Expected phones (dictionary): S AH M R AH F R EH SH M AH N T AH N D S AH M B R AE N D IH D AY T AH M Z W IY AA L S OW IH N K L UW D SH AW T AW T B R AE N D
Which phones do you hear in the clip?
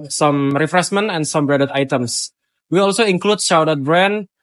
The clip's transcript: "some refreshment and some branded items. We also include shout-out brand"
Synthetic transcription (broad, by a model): S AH M R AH F R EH S M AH N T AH N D S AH M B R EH D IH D AY T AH M S W IY AA L S OW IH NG K L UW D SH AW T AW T B R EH N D